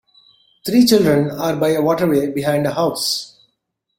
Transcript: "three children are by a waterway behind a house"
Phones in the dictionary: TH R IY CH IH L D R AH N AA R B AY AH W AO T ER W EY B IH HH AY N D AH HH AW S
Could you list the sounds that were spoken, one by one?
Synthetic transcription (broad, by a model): T R IY CH IH L D R AH N AA R B AY AH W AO T ER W EY B IH HH AY N D AH HH AW S